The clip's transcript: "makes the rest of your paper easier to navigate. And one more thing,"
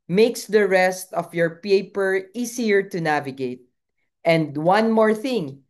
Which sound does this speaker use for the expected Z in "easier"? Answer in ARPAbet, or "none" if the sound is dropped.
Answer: S